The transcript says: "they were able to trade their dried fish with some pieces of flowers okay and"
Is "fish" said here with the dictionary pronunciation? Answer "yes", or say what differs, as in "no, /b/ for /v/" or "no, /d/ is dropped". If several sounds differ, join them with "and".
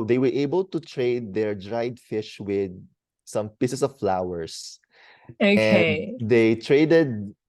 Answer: yes